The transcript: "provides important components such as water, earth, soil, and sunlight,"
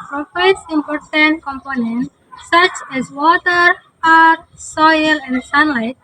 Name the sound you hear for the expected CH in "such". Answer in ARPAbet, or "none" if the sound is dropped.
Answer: CH